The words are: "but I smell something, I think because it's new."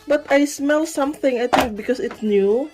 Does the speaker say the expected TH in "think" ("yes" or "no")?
no